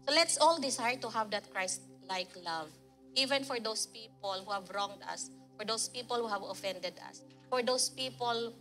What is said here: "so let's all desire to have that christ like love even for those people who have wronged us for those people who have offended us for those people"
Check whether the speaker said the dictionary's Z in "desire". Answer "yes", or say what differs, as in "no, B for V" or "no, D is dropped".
no, S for Z